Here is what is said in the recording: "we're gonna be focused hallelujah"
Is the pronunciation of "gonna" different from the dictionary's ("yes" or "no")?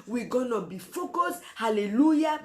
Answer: no